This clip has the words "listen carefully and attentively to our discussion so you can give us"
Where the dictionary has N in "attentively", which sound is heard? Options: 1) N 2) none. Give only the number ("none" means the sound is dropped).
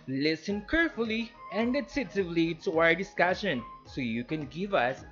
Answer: 2